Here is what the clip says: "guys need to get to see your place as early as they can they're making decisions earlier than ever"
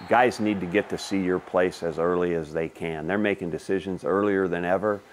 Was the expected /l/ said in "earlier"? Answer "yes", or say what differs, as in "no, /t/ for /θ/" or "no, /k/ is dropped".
yes